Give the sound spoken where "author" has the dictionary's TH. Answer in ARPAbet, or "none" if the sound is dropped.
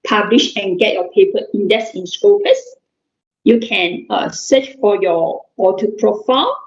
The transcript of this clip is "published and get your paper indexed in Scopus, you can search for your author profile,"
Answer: T